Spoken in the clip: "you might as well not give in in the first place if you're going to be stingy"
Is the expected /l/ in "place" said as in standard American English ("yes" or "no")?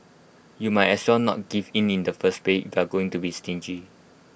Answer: no